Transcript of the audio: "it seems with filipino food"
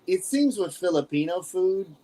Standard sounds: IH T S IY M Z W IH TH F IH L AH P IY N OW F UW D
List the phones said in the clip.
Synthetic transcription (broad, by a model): IH T S IY M Z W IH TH F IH L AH P IY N OW F UW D